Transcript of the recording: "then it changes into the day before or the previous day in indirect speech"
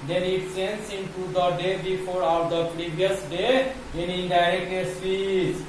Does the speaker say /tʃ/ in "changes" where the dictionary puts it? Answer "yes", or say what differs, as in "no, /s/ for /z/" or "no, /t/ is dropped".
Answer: no, /s/ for /tʃ/